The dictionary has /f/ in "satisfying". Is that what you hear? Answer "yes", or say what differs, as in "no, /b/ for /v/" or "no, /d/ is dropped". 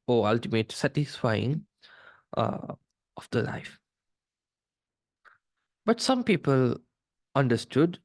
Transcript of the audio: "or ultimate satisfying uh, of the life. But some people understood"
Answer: yes